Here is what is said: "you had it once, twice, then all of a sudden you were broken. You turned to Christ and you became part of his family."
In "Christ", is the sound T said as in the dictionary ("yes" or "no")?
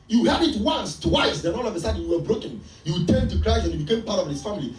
no